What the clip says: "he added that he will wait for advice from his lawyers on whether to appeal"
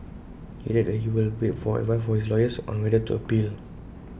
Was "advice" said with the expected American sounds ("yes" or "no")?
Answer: no